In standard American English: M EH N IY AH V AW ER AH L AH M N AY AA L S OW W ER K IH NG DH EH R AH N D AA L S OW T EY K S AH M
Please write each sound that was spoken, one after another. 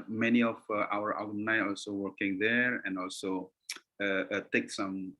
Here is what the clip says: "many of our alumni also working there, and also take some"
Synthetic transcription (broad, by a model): M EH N IY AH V AW ER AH W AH N AY AA L S OW W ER K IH NG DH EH R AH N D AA L S OW T EY K S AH M